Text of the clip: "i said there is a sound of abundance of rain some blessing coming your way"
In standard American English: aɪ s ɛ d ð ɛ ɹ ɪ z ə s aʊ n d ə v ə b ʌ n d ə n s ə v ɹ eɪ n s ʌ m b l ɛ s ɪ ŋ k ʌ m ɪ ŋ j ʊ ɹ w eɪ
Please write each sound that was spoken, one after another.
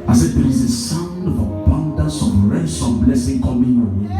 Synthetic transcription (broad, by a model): aɪ s ɛ d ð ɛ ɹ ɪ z ə s aʊ n d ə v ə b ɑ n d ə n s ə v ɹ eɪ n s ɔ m b l ɛ s ɪ ŋ k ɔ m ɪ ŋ